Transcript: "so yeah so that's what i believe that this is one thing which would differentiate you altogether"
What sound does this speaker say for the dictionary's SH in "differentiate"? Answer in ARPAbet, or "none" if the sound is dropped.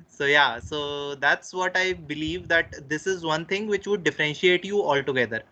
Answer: SH